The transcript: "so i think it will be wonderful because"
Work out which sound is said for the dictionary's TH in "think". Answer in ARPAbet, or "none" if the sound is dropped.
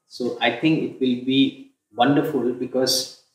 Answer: T